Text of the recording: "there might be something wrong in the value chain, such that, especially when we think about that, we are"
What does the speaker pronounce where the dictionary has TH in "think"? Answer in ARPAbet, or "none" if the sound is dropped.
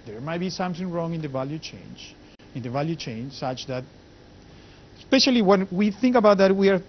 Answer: TH